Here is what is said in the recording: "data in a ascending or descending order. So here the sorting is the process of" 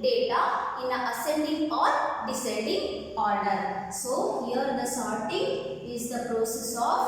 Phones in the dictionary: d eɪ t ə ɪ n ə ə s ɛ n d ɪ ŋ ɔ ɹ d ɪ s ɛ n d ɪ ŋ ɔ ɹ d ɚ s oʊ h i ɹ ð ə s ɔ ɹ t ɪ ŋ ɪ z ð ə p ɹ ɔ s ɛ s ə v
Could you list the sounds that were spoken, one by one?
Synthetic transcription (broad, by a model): d eɪ t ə ɪ n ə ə s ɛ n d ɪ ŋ ɔ ɹ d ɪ s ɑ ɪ d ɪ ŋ ɔ ɹ d ɚ s oʊ h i ɹ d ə s ɔ ɹ t ɪ ŋ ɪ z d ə p ɹ ɔ s ɛ s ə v